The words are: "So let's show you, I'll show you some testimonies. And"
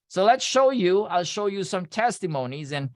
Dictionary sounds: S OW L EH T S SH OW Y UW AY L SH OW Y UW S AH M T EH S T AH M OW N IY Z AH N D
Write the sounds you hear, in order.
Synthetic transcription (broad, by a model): S OW L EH T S SH OW Y UW AY L SH OW Y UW S AH M T EH S T AH M OW N IY Z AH N